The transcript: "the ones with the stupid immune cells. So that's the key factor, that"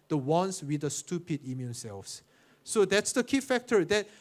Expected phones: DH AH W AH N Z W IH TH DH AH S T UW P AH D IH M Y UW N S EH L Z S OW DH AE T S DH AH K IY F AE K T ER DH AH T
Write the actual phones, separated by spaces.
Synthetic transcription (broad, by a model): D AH W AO N S W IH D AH S T UW P AH D IH M Y UW N S EH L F S OW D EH T S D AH K IY F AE K T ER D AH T